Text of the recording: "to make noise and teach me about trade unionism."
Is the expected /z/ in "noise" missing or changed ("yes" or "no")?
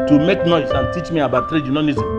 yes